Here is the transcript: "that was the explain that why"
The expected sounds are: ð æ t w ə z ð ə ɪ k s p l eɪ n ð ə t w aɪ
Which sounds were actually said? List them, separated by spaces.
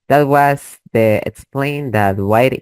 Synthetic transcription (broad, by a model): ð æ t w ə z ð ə ɪ k s p l eɪ n ð ə t w aɪ